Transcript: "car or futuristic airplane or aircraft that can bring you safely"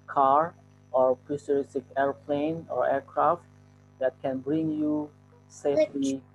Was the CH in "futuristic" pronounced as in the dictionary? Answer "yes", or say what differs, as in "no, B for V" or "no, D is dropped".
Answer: no, S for CH